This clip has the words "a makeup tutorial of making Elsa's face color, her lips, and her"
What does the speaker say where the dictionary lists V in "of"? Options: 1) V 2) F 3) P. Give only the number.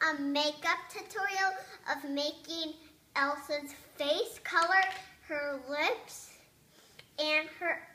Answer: 1